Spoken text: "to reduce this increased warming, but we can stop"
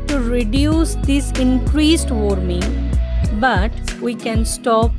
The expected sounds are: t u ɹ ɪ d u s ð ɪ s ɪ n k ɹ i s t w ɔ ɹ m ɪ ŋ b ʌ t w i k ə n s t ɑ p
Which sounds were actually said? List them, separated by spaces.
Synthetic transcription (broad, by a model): t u ɹ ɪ d u s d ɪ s ɪ n k ɹ i s t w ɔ ɹ m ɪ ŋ b ʌ t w i k ə n s t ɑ p